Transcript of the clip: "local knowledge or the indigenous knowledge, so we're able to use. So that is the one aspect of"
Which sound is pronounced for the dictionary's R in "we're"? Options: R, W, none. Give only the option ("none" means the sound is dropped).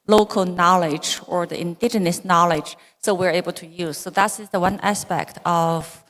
R